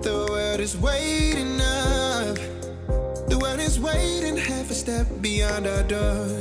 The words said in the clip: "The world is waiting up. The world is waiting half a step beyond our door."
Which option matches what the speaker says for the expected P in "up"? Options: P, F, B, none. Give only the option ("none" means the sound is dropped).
F